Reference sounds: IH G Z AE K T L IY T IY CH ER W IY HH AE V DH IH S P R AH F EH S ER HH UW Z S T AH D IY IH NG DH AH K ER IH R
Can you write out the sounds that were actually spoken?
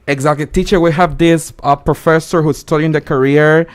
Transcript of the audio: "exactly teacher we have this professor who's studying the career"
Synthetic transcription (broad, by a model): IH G Z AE K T L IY T IY CH ER W IY HH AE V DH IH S P R AH F EH S ER HH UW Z S T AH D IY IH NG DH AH K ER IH R